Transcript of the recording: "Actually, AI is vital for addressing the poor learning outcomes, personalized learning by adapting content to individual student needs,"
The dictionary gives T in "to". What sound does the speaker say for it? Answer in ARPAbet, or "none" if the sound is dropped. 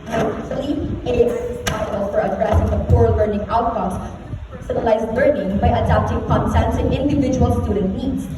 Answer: S